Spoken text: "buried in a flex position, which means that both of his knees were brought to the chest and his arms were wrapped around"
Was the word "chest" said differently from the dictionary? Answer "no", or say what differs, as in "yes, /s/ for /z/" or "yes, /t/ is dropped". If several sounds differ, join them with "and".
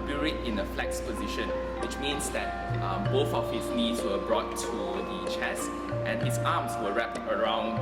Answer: no